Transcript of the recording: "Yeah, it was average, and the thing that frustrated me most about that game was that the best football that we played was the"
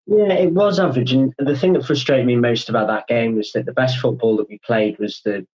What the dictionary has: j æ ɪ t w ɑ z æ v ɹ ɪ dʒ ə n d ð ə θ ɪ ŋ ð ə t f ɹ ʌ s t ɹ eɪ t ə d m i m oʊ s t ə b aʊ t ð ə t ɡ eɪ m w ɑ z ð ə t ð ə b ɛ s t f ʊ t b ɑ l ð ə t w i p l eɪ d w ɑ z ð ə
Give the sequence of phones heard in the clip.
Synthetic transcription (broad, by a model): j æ ɪ t w ɑ z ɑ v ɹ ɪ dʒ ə n ð ə θ ɪ ŋ ð ə t f ɹ ʌ s t ɹ eɪ t ə d m i m oʊ s t ə b aʊ t ð ə t ɡ eɪ m w ɑ z ð ə t ð ə b ɛ s t f ʊ t b ɑ l ð ə t w i p l eɪ d w ɑ z ð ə